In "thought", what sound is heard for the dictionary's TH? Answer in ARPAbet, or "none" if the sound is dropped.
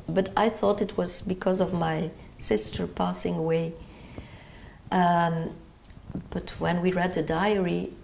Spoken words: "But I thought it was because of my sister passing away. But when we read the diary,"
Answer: TH